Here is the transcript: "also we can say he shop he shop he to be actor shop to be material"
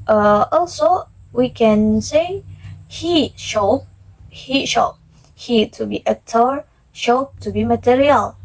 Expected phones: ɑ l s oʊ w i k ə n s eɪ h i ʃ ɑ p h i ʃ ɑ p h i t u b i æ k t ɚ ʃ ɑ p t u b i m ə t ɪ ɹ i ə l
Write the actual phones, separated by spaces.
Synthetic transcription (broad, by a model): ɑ l s oʊ w i k ə n s eɪ h i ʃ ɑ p h i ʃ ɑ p h i t u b i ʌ t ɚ ʃ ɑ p t u b i m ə t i ɹ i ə l